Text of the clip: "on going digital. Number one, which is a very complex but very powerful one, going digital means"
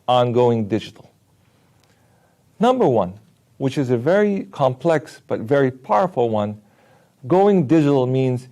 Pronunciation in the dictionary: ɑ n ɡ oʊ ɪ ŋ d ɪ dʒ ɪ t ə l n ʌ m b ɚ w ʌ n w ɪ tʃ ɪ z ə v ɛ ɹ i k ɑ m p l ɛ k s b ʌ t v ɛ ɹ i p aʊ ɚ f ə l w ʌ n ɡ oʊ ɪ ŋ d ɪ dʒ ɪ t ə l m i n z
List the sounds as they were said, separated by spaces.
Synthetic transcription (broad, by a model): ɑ n ɡ oʊ ɪ ŋ d ɪ dʒ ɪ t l n ʌ m b ɚ w ʌ n w ɪ tʃ ɪ z ə v ɛ ɹ i k ɑ m p l ɛ k s b ʌ t v ɛ ɹ i p aʊ ɚ f l w ʌ n ɡ oʊ ɪ ŋ d ɪ dʒ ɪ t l m i n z